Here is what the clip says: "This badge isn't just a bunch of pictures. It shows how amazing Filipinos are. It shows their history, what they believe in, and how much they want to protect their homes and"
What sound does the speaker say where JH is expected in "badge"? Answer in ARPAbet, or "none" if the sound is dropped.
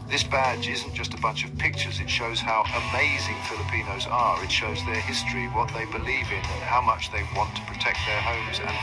JH